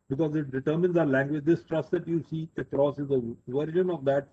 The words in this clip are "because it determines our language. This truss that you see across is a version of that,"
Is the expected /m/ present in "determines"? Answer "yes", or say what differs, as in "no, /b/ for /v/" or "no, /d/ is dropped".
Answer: yes